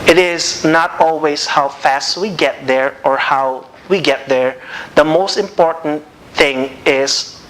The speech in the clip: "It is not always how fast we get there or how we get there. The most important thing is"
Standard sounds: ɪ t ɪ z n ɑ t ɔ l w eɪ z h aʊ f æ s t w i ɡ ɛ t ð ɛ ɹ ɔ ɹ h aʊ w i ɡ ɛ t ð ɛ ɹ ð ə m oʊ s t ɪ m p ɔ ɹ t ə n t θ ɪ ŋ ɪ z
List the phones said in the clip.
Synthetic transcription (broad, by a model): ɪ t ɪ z n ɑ t ɔ l w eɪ s h aʊ f æ s t w i ɡ ɛ t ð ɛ ɹ ɔ ɹ h aʊ w i ɡ ɛ t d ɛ ɹ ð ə m oʊ s t ɪ m p ɔ ɹ t ə n t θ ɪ ŋ ɪ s